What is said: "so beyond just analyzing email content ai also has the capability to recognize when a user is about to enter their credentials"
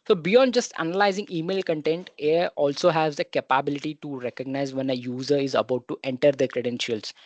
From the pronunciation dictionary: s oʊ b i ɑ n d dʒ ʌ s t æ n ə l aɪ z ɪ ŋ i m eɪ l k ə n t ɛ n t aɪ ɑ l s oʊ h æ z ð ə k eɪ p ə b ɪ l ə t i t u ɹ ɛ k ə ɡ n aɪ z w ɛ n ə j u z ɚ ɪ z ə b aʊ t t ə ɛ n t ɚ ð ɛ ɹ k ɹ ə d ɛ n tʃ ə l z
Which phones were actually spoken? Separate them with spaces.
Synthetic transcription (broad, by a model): s oʊ b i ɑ n d dʒ ʌ s t æ n ə l aɪ z ɪ ŋ i m eɪ l k ə n t ɛ n t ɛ ɑ l s oʊ h æ z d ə k eɪ p ə b ɪ l ə t i t u ɹ ɛ k ə ɡ n aɪ z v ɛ n ə j u z ɚ ɪ z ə b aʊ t t ɛ n t ɚ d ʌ k ɹ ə d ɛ n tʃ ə l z